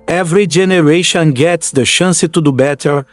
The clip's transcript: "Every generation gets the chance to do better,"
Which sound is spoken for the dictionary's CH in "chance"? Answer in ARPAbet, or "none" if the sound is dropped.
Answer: SH